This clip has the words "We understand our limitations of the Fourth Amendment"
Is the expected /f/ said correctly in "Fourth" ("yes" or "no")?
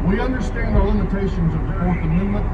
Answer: no